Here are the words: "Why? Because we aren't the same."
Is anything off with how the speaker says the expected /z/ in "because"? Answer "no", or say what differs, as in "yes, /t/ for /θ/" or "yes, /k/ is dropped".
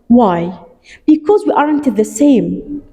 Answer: no